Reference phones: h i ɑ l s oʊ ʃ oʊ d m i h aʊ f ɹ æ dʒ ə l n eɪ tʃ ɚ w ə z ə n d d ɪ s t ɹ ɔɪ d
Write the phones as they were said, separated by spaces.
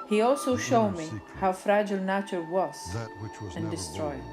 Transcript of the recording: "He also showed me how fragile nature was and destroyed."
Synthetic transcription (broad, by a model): h i ɑ l s oʊ ʃ oʊ d m i h aʊ f ɹ æ dʒ ə l n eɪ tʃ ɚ w ə z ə n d d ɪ s t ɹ ɔɪ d